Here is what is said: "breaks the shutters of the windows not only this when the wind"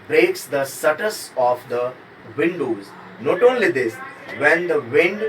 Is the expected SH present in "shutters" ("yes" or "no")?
no